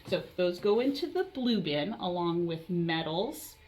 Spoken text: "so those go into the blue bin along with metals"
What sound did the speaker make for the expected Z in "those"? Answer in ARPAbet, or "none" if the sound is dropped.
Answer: Z